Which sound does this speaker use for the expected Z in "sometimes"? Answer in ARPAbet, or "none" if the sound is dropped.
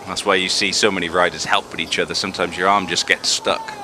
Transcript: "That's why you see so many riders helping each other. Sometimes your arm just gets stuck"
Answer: Z